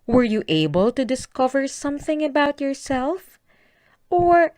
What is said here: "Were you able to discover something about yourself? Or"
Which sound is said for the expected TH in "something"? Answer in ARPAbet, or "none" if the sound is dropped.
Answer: TH